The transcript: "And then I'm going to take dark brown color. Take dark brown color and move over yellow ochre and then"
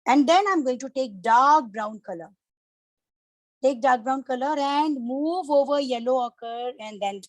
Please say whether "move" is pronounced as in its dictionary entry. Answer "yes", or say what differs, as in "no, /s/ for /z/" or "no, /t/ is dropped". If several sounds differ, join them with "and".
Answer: yes